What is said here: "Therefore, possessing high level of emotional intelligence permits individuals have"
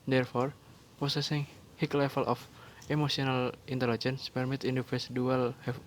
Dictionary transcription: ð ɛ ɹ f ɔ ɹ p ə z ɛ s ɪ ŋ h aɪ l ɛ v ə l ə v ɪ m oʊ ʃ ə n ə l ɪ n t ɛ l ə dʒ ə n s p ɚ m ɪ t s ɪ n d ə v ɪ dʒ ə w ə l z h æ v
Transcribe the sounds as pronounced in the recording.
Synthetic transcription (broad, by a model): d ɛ ɹ f ɔ ɹ p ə s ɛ s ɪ ŋ h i l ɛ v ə l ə f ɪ m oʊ s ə n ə l ɪ n t ɛ l ə dʒ ə n s p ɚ m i t i n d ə f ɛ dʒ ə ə l h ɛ